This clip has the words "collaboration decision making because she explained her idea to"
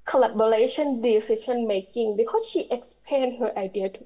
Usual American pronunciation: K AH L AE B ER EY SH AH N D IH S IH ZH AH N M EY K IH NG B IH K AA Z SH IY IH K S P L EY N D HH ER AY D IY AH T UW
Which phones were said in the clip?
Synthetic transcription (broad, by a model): K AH L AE B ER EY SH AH N D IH S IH SH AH N M EY K IH NG B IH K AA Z SH IY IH K S P EY N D HH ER AY D IY AH T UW